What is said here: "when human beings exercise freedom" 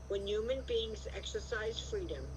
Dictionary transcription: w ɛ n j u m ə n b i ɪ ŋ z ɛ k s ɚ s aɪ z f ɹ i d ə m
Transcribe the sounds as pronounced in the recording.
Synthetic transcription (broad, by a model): w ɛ n j u m ə n b i ɪ ŋ z ɛ k s ɚ s aɪ z f ɹ i d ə m